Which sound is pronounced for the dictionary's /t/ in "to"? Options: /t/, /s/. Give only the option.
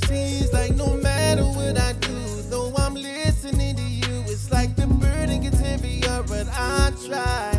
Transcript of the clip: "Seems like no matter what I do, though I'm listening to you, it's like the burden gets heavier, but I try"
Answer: /t/